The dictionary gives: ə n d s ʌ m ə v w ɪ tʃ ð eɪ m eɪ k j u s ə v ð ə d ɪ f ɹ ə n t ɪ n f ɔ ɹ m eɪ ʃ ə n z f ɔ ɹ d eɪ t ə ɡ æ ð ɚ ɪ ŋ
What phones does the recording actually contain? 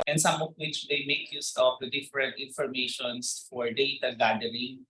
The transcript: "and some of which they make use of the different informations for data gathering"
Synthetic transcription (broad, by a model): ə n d s ʌ m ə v w ɪ tʃ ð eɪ m eɪ k j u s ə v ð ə d ɪ f ɹ ə n t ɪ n f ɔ ɹ m eɪ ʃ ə n s f ɔ ɹ d eɪ t ə ɡ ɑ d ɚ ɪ ŋ